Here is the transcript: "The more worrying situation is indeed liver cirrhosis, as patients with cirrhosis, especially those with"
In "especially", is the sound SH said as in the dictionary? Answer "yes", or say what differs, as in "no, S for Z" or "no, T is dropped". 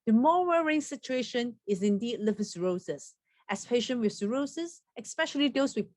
yes